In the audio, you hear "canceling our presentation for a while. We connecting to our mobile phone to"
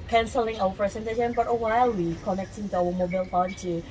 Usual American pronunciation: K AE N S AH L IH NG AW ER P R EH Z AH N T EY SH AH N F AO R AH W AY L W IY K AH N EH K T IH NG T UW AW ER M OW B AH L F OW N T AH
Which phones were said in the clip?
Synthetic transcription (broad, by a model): K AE N S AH L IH NG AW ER P R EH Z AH N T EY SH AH N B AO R AH W AY L W IY K AH N EH K T IH NG T UW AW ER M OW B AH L P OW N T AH